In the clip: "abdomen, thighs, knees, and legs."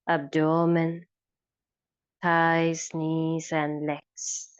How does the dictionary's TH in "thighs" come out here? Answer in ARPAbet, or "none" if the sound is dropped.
T